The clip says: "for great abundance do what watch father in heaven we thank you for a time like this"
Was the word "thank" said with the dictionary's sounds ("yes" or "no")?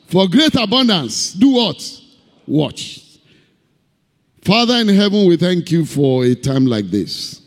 yes